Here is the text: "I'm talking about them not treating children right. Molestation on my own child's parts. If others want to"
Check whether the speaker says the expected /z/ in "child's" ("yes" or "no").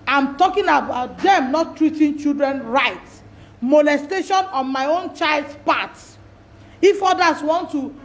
no